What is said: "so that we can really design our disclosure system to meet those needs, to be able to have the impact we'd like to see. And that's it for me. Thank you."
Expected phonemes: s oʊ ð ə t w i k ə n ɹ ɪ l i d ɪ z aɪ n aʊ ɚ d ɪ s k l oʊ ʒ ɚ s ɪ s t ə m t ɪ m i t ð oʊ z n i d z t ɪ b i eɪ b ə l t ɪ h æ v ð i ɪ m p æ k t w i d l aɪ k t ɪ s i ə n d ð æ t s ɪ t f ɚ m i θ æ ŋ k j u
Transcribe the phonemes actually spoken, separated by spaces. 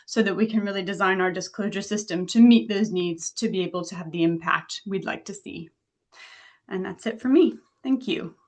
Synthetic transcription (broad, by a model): s oʊ ð ə t w i k ə n ɹ ɪ l i d ɪ z aɪ n aʊ ɚ d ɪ s k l oʊ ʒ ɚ s ɪ s t ə m t ɪ m i t ð oʊ z n i d z t ɪ b i eɪ b l t ɪ v ð i ɪ m p æ k t w i d l aɪ k t ɪ s i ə n ð æ t s ɪ t f ɚ m i θ æ ŋ k j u